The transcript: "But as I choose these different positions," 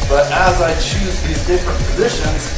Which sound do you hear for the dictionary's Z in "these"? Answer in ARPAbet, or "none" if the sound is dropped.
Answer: Z